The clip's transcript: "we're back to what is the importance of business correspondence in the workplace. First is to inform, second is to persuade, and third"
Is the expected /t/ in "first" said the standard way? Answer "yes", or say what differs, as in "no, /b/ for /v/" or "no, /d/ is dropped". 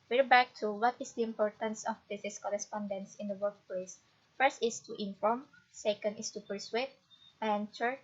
yes